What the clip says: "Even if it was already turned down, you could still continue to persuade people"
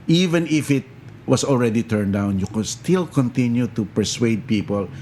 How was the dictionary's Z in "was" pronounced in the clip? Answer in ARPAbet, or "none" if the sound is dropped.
S